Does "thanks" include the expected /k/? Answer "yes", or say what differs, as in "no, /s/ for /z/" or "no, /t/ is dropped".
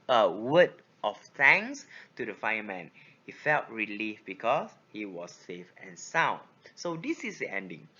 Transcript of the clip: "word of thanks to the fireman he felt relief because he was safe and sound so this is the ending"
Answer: no, /k/ is dropped